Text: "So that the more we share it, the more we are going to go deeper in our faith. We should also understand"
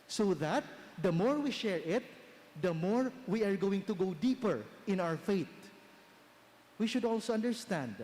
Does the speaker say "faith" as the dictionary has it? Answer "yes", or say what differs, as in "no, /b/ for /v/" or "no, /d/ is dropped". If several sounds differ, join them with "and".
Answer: no, /t/ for /θ/